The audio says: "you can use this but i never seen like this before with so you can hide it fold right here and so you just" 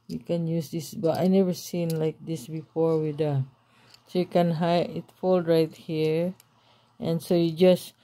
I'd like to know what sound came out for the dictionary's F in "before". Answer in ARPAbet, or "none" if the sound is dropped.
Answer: F